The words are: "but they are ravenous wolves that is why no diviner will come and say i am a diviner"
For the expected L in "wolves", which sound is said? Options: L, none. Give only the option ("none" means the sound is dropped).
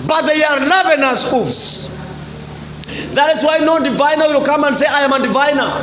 none